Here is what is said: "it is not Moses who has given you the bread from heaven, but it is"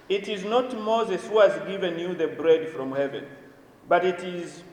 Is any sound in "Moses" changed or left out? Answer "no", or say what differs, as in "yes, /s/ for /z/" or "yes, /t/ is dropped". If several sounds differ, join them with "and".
no